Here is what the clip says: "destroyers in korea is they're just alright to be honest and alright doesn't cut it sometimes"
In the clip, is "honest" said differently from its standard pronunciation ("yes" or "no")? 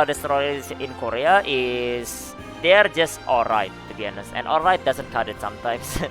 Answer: yes